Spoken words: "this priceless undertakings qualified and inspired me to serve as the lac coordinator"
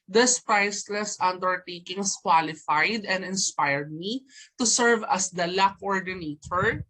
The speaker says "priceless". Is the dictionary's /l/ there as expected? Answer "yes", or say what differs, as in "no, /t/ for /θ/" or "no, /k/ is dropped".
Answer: yes